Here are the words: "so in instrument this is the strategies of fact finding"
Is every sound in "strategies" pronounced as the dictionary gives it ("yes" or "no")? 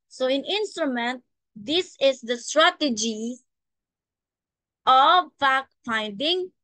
no